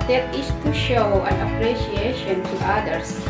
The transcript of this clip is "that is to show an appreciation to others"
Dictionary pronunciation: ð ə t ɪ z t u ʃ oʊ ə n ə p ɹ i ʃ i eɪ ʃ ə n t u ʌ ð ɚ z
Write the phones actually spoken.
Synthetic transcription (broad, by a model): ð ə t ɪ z t u ʃ oʊ ə n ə p ɹ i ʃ i eɪ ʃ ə n t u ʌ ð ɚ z